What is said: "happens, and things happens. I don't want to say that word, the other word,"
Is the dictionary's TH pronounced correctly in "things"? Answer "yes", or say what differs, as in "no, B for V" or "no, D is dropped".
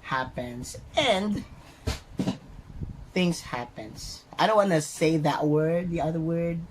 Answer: yes